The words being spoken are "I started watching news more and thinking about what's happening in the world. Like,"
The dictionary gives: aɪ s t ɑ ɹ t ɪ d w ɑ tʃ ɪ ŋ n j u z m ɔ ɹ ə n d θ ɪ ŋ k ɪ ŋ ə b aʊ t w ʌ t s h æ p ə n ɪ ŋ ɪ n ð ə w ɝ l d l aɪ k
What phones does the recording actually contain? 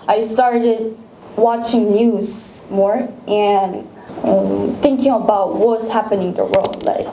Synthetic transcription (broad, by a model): aɪ s t ɑ ɹ t ɪ d w ɑ tʃ ɪ ŋ n j u z m ɔ ɹ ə n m θ ɪ ŋ k ɪ ŋ ə b aʊ t w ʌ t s h æ p ə n ɪ ŋ ð ə w ɝ l d l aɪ